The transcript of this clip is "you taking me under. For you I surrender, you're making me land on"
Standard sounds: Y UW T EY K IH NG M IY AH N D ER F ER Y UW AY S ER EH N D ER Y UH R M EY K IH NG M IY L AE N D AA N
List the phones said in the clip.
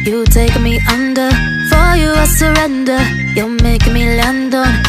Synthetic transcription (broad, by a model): Y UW T EY IH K M IY AH N D ER F ER Y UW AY S ER EH N D ER Y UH M EY IH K M IY L AE N D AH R